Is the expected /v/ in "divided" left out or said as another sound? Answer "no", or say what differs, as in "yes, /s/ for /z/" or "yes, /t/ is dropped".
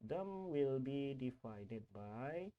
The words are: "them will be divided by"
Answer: yes, /f/ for /v/